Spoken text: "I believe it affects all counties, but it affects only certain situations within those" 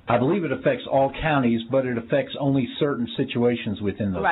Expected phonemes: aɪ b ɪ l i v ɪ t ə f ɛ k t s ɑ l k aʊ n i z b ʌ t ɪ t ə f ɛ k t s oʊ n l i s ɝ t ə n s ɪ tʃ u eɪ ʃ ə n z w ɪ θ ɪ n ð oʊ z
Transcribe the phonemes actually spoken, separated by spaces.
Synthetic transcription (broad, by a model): aɪ b ɪ l i v ɪ t ə f ɛ k t s ɑ l k aʊ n i z b ʌ t ɪ t ə f ɛ k t s oʊ n l i s ɝ t n s ɪ tʃ u eɪ ʃ ə n z w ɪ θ ɪ n ð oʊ